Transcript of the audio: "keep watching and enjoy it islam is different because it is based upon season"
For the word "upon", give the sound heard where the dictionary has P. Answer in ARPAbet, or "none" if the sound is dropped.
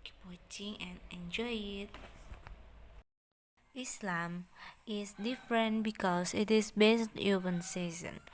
B